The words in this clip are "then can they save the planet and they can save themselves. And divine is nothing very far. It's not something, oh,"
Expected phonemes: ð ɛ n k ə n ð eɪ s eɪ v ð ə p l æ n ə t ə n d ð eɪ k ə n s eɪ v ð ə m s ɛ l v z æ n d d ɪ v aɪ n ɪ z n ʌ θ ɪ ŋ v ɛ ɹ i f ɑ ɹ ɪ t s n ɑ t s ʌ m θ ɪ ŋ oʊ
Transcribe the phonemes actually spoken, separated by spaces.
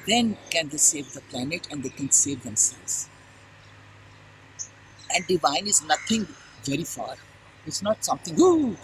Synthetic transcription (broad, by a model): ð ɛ n k ə n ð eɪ s eɪ v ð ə p l æ n ə t ə n d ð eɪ k ə n s eɪ v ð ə m s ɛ l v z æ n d d ɪ v aɪ n ɪ z n ʌ t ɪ ŋ v ɛ ɹ i f ɑ ɹ ɪ t s n ɑ t s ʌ m t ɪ ŋ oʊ